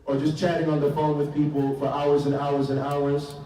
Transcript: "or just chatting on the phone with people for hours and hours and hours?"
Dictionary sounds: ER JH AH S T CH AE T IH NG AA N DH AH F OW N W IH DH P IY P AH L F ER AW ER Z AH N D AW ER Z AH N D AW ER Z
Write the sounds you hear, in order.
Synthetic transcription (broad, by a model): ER JH AH S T CH AE T IH NG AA N DH AH F OW N W IH DH P IY P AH L F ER AW ER Z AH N AW ER Z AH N AW ER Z